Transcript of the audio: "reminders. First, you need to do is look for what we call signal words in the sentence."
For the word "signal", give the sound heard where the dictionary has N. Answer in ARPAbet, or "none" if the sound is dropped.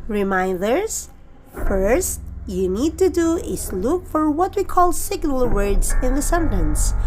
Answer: N